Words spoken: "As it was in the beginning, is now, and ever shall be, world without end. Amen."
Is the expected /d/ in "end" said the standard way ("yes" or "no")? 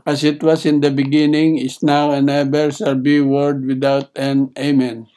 no